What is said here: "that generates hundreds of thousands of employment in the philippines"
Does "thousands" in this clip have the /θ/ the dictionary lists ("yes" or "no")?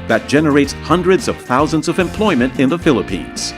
yes